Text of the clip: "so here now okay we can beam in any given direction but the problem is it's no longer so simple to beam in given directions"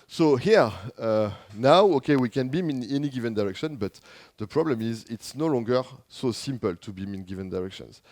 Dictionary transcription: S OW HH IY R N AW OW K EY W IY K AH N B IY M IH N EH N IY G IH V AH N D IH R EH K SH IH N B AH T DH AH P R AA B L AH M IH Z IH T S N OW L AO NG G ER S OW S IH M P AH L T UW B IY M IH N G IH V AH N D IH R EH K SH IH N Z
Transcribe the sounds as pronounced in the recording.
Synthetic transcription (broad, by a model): S OW HH IY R N AW OW K EY W IY K AH N B IY M IH N EH N IY G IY V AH N D IH R EH K SH IH N B AH T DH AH P R AA B L AH M IH Z IH T S N OW L AO NG G ER S OW S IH M P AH L T UW B IY M IH N G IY V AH N D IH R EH K SH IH N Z